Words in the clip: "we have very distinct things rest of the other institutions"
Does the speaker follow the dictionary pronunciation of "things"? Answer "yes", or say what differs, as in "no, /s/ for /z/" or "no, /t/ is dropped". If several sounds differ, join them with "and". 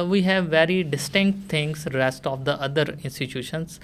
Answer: no, /t/ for /θ/ and /s/ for /z/